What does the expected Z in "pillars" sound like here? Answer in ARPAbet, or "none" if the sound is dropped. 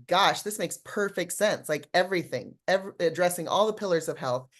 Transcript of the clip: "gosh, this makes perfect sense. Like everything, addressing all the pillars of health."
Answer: Z